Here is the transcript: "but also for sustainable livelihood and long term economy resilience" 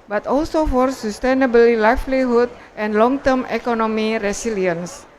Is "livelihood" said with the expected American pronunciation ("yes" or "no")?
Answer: no